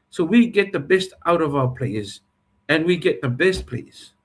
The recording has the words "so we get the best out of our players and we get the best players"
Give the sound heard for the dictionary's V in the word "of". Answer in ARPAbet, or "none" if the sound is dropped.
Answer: V